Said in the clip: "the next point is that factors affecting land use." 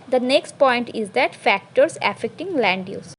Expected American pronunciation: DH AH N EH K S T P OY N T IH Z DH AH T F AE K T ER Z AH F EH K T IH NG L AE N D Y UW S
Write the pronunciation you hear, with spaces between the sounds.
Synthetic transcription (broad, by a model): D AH N EH K S T P OY N T IH Z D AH T F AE K T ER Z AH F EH K T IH NG L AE N D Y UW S